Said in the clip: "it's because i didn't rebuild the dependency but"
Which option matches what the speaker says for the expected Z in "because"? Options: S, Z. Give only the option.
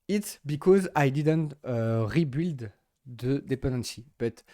Z